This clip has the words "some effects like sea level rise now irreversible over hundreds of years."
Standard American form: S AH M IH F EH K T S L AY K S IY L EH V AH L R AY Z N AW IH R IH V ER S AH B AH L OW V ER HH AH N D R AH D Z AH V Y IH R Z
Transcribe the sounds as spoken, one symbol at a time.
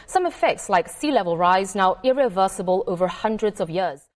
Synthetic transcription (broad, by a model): S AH M IH F EH K T S L AY K S IY L EH V AH L R AY Z N AW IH R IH V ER S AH B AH L OW V ER HH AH N D R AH D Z AH V Y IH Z